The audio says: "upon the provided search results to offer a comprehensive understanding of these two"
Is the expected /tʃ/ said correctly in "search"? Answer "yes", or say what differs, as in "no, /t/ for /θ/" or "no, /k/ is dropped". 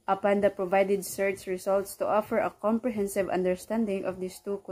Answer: no, /s/ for /tʃ/